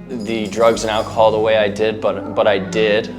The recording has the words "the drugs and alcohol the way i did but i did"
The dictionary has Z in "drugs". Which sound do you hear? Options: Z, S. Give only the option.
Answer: Z